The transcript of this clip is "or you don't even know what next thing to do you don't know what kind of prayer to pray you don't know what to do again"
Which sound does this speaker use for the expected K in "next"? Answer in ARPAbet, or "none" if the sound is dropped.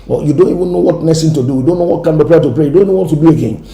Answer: none